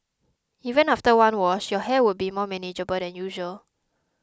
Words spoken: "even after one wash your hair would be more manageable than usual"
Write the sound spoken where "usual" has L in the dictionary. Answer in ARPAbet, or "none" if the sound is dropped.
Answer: L